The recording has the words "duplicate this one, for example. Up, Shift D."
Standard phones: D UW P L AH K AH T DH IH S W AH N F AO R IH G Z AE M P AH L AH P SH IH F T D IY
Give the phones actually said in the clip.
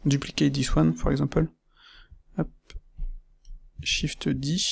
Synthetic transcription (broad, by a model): D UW P L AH K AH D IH S W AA N P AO R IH G Z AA P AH L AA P SH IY F T D IY